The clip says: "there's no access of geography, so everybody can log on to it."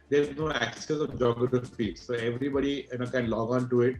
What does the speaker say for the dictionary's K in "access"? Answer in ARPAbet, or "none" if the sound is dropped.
K